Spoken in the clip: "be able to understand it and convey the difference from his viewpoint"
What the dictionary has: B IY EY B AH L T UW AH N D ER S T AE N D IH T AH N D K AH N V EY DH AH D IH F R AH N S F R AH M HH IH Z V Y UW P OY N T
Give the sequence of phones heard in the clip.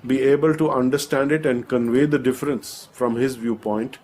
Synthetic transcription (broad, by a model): B IY EY B AH L T UW AH N D ER S T AE N D IH T AH N D K AH N V EY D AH D IH F R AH N S F R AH M HH IH Z V Y UW P OY N T